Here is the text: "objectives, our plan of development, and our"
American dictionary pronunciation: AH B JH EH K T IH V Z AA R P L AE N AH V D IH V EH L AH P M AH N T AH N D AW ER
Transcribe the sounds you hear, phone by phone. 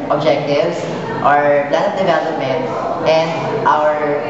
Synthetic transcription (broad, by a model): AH B JH EH K T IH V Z AA R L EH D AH P D IH V EH L AH P M AH N T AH N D AW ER